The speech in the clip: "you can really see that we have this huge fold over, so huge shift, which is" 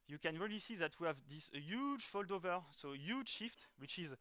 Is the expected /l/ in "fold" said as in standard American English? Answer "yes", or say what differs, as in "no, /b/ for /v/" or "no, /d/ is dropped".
yes